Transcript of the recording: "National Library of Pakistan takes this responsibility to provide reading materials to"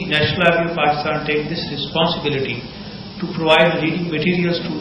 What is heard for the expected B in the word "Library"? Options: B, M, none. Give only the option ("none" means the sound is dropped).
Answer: none